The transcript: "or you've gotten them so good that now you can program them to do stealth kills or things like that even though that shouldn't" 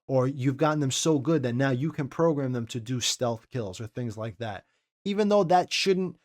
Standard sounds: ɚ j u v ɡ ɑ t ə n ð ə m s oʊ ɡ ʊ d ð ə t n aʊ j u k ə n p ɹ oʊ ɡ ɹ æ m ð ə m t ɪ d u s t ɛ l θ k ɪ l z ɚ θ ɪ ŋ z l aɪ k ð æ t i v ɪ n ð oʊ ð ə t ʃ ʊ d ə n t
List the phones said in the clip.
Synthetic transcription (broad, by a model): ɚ j u v ɡ ɑ t n ð ə m s oʊ ɡ ʊ d ð ə t n aʊ j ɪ k ə n p ɹ oʊ ɡ ɹ æ m ð ə m t ɪ d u s t ɛ l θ k ɪ l z ɚ θ ɪ ŋ z l aɪ k ð æ t i v ɪ n ð oʊ ð ə t ʃ ʊ d n t